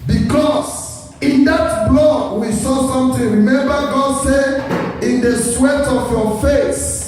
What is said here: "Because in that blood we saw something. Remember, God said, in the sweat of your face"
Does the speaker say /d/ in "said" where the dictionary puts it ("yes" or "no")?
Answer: no